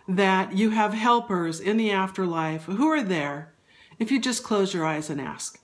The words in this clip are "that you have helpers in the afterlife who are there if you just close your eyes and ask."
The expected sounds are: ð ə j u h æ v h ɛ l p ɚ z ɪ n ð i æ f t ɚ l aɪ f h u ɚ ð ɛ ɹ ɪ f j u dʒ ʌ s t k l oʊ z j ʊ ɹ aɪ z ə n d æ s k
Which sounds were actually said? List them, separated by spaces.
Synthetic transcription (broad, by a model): ð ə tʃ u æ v h ɛ l p ɚ z ɪ n ð i æ f t ɚ l aɪ f h u ɚ ð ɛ ɹ ɪ f j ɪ dʒ ʌ s k l oʊ z j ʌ ɹ aɪ z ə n æ s k